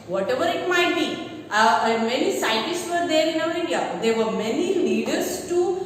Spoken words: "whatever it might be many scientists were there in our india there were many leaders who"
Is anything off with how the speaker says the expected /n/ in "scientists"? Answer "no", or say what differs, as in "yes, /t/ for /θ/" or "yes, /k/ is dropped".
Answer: yes, /n/ is dropped